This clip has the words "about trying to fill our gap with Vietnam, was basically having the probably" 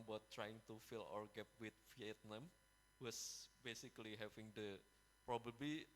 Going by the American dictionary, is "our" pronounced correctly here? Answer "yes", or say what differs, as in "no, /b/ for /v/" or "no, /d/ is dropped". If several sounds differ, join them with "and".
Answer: yes